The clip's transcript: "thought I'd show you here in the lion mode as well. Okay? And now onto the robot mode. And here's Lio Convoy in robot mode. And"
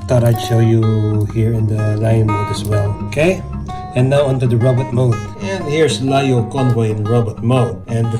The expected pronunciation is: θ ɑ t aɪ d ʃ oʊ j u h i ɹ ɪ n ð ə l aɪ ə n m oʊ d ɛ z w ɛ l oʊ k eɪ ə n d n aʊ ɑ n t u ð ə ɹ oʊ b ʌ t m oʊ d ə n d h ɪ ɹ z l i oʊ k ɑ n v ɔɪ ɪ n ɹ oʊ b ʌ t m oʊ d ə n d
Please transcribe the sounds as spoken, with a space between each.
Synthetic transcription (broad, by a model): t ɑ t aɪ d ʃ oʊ j u h i ɹ ɪ n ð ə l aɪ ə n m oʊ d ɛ s w ɛ l oʊ k eɪ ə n n aʊ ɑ n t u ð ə ɹ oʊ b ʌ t m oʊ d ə n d h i ɹ s l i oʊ k ɑ n v ɔɪ ɪ n ɹ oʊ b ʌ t m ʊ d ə n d